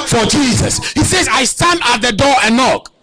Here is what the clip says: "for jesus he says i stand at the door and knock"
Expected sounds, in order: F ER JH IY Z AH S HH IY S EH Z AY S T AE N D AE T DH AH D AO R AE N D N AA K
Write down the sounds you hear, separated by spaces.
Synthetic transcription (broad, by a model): F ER JH IY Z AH S HH IY S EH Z AY S T AE N D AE T DH AH D AO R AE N N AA K